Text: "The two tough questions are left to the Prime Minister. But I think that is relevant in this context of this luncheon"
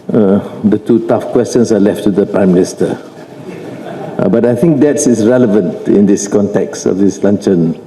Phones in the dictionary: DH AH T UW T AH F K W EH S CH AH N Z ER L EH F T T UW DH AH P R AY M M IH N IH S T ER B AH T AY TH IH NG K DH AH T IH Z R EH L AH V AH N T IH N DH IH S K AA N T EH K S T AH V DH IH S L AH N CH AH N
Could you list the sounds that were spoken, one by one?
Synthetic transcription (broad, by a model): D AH T UW T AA F K W EH S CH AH N S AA L EH F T T UW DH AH P R AY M M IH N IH S T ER B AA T AY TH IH NG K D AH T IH S R EH L AH V AH N T IH N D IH S K AA N T EH K S T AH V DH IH S L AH N CH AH N